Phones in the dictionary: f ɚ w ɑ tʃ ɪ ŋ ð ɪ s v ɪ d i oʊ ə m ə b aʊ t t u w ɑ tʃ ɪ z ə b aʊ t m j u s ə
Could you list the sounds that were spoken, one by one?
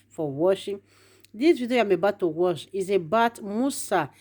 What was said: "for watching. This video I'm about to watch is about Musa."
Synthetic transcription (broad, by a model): f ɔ w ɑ ʃ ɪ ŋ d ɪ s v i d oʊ ə m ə b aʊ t t u w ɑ ʃ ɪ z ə b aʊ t m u s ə